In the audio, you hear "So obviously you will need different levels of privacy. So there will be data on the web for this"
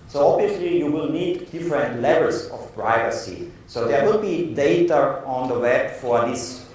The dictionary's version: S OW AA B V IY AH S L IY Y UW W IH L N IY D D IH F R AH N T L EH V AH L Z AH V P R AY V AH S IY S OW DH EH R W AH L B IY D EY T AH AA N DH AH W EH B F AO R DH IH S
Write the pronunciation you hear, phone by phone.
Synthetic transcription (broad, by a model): S OW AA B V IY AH S L IY Y UW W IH L N IY D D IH F R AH N T L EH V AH L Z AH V P R AY V AH S IY S OW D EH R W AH L B IY D EY T AH AA N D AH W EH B F AO R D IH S